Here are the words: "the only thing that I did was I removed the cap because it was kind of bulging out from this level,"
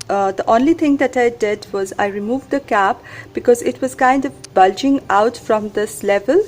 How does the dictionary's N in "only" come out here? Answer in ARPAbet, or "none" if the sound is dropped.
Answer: N